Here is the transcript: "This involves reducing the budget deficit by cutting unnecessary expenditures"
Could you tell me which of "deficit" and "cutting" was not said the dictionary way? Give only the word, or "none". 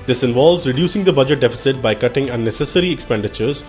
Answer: none